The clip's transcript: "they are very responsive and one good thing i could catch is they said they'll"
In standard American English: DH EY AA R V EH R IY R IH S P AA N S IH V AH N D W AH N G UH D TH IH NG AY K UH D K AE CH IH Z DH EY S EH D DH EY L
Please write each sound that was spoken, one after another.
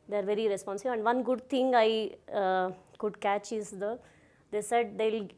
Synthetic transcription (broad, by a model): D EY AA R V EH R IY R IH S P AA N S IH B AH N D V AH N G UH D T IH NG AY K UH D K AE CH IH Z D EY S EH D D EY L